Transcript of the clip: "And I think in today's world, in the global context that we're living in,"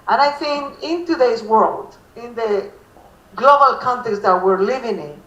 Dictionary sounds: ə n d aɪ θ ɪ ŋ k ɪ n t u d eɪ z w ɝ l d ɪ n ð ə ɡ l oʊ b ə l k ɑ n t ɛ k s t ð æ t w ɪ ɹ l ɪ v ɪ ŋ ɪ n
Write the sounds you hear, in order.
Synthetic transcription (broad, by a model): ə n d aɪ θ ɪ ŋ k ɪ n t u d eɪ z w ɝ l d ɪ n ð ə ɡ l oʊ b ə l k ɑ n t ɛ s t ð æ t w ɪ ɹ l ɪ v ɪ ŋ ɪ n